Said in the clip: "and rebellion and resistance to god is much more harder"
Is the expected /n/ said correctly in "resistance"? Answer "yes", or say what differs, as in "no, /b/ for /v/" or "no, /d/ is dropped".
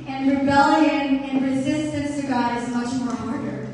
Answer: yes